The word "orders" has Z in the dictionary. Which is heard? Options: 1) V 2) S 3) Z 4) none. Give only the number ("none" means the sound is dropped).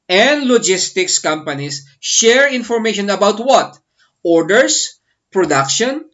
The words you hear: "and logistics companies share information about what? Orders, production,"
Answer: 2